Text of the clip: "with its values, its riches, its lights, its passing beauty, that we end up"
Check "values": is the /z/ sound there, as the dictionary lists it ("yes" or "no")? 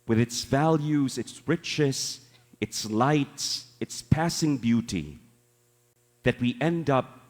yes